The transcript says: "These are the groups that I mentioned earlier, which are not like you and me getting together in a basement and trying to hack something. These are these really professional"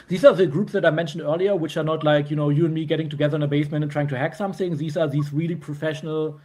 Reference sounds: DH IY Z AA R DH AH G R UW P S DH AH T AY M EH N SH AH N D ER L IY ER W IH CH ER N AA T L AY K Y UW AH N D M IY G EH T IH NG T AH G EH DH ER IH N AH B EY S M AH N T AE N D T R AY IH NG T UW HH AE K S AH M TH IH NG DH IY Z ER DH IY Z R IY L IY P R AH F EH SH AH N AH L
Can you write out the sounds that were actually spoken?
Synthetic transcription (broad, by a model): DH IY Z AA R DH AH G R UW P S DH AH T AY M EH N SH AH N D ER L IY ER W IH CH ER N AA T L AY K Y UW AH N D M IY G EH T IH NG T AH G EH DH ER IH N AH B EY S M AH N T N T R AY IH NG T UW HH AE K S AH M TH IH NG DH IY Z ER DH IY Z R IY L IY P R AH F EH SH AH N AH L